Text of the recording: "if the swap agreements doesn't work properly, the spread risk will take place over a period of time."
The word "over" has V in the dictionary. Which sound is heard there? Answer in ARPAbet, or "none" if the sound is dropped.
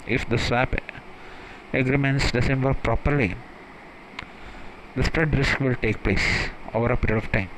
V